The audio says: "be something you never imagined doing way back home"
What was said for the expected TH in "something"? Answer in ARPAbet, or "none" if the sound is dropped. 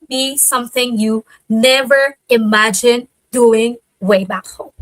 TH